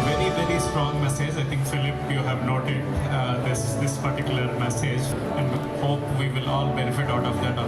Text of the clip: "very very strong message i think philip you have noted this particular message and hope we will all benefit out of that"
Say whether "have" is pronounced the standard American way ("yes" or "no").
yes